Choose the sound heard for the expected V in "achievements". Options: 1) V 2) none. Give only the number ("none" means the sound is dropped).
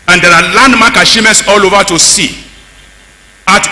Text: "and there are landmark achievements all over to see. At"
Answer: 2